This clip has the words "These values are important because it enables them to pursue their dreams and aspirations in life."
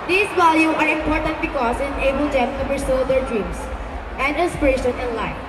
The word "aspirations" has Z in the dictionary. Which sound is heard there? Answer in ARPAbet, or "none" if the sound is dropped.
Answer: none